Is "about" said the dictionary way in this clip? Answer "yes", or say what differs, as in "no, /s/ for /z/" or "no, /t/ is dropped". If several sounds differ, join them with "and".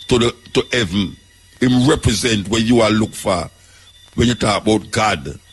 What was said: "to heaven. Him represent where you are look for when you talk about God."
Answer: yes